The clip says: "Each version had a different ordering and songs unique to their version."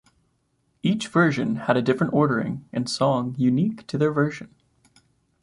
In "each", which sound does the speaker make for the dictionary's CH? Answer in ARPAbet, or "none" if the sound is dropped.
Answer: CH